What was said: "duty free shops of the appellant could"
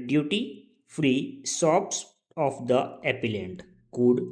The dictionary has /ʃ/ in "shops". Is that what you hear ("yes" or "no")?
no